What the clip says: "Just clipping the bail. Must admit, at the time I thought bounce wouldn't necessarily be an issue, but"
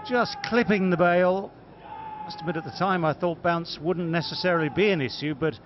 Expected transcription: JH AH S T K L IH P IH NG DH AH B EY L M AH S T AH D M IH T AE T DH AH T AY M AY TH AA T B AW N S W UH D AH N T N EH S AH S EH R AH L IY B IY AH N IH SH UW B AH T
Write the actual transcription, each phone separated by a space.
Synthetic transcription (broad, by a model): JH AH S K L IH P IH NG DH AH B EY L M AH S T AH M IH T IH T DH AH T AY M AY TH AA T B AW N S W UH D N N EH S AH S EH R AH L IY B IY AH N IH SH UW B AH T